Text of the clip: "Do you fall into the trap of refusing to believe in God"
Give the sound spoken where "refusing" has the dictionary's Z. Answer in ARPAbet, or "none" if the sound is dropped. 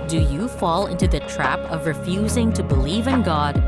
Z